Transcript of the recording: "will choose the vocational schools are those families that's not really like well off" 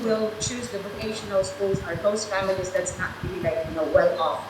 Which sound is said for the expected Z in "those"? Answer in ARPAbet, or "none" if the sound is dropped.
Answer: S